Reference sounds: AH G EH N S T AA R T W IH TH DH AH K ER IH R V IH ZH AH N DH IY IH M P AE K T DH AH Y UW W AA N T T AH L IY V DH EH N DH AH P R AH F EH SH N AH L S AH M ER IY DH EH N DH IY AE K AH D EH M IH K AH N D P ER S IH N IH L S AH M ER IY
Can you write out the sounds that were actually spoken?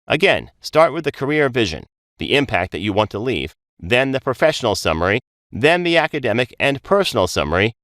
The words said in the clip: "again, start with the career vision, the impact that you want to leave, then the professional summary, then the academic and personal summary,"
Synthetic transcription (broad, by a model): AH G EH N S T AA R T W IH DH AH K ER IH R V IH ZH AH N DH IY IH M P AE K T DH AH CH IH W AA N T T AH L IY V DH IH N DH AH P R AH F EH SH N L S AH M ER IY DH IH N DH IY AE K AH D EH M IH K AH N P ER S N L S AH M ER IY